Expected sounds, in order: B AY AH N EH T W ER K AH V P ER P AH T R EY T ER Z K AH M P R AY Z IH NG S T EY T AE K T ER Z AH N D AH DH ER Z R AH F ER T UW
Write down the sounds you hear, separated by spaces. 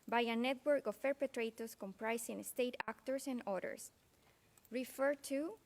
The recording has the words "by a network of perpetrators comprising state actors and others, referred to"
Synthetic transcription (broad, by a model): B AY AH N EH T W ER K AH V P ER P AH T R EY T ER S K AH M P R AY S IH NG S T EY T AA K T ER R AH N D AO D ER S R AH F ER T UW